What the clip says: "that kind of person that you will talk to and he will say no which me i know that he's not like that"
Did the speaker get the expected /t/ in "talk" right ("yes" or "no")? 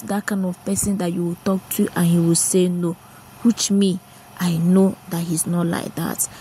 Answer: yes